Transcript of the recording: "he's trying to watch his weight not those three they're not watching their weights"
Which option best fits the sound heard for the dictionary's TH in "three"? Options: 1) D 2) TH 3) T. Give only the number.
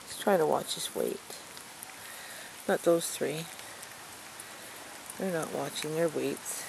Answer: 2